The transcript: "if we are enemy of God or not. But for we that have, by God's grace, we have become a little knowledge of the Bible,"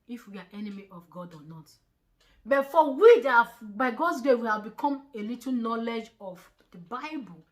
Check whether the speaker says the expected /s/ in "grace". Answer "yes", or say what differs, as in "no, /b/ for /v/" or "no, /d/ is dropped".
no, /s/ is dropped